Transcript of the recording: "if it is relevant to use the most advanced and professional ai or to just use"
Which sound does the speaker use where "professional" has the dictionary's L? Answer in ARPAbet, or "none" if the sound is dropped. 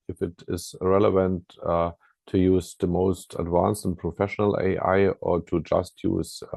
L